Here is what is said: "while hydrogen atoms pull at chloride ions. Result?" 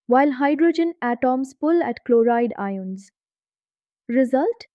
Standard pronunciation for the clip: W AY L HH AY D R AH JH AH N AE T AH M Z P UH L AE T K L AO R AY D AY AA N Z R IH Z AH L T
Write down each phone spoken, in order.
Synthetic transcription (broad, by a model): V AY L HH AY D R AH JH AH N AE T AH M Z P UH L AE T K L AO R AY D AY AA N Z R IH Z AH L T